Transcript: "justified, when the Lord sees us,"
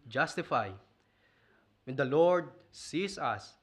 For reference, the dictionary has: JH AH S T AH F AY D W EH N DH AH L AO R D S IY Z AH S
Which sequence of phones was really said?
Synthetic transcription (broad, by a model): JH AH S T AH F AY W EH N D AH L AO R D S IY S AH S